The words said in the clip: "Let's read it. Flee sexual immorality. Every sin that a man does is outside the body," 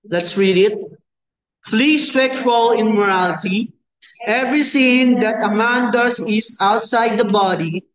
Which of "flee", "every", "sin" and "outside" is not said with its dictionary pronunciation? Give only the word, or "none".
sin